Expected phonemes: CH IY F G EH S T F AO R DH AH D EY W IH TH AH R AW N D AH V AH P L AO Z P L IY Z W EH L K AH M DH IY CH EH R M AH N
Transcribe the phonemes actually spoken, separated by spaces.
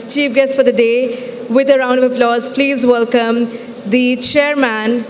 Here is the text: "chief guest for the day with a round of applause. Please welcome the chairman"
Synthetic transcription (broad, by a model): CH IY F G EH S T F AO R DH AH D EY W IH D AH R AW N D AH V AH P L AO Z P L IY Z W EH L K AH M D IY CH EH R M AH N